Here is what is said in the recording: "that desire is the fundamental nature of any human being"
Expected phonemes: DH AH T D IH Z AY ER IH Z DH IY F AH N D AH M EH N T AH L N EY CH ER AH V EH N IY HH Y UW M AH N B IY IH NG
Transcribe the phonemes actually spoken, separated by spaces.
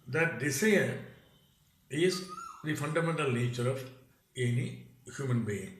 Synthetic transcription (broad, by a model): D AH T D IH S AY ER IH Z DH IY F AH N D AH M EH N T AH L N EY CH ER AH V EH N IY HH Y UW M AH N B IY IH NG